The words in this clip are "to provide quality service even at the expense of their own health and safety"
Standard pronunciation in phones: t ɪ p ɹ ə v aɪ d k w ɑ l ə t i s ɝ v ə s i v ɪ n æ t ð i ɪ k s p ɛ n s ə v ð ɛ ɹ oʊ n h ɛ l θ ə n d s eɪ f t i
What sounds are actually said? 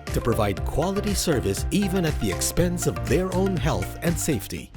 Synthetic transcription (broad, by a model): t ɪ p ɹ ə v aɪ d k w ɑ l ə t i s ɝ v ə s i v ɪ n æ t ð i ɪ k s p ɛ n s ə v ð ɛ ɹ oʊ n h ɛ l θ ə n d s eɪ f t i